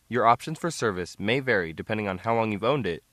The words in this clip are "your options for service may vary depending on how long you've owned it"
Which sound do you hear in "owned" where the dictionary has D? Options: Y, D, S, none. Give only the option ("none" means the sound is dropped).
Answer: D